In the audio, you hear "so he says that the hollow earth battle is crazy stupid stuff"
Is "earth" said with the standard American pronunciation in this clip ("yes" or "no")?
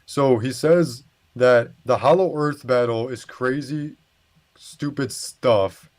yes